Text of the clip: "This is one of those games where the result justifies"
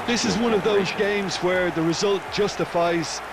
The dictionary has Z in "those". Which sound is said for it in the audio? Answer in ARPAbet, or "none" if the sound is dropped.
Z